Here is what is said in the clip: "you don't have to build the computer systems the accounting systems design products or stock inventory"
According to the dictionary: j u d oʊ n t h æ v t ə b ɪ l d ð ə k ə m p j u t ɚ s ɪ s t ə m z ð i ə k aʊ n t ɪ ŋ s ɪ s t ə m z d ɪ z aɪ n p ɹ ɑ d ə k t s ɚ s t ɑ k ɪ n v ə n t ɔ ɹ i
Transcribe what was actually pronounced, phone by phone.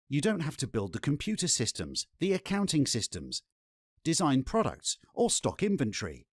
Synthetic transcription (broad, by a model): j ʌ d oʊ n t h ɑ f t ə b ɪ l d ð ə k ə m p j u t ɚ s ɪ s t ə m z ð i ə k aʊ n t ɪ ŋ s ɪ s t ə m z d ɪ z aɪ n p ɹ ɑ d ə k t s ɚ s t ɑ k ɪ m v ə n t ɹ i